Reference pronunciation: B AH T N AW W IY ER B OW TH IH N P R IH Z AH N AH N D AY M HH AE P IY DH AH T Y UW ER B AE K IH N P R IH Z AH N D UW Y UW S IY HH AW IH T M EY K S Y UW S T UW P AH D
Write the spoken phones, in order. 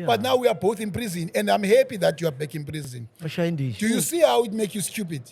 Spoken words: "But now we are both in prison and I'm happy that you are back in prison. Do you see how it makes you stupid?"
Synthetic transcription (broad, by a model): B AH T N AW W IY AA B OW TH IH N P R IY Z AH N AH N D AY M HH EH P IY DH AH T Y UW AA B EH K IH N P R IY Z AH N D UW Y UW S IY HH AW IH T M EY K Y UW S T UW P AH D